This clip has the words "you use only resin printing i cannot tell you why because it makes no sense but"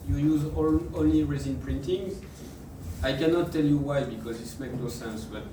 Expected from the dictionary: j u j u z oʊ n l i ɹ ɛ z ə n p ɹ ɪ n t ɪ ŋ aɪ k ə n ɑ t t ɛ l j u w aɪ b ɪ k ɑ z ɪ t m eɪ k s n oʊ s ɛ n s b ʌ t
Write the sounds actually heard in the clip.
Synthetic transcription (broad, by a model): j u j u z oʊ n l i ɹ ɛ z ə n p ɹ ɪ n t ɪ ŋ aɪ k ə n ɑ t t ɛ l j u w aɪ b ɪ k ɑ z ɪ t m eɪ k n oʊ s ɛ n s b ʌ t